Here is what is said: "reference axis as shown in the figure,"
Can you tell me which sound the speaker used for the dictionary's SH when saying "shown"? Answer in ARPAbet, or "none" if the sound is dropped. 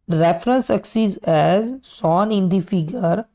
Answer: S